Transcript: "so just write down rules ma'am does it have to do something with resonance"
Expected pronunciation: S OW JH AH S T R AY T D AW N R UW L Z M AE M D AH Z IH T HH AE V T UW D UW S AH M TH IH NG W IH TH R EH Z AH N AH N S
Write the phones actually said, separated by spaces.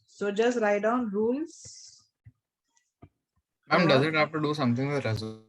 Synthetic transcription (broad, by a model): S OW JH AH S T R AY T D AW N R UW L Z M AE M D AH Z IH T HH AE F T UW D UW S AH M T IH NG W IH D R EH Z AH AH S